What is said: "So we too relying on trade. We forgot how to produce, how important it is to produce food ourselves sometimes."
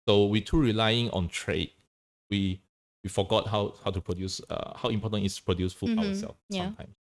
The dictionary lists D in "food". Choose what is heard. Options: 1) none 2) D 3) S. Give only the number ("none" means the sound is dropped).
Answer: 1